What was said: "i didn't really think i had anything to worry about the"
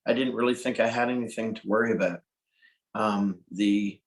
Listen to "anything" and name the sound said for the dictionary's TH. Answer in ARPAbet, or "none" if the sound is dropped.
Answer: TH